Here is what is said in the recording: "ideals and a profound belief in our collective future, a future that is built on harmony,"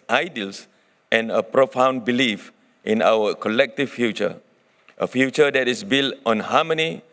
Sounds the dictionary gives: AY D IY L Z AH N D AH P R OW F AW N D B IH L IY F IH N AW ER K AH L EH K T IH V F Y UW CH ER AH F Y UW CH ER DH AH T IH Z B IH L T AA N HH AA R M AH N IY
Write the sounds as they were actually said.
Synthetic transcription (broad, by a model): AY D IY L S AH N AH P R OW F AW N B IH L IY F IH N AW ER K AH L EH K T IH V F Y UW CH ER AH F Y UW CH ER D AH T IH S B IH L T AA N HH AA M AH N IY